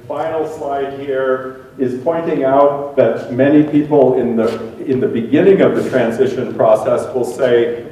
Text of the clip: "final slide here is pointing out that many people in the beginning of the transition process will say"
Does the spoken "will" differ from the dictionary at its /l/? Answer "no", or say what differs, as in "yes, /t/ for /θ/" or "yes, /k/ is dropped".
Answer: no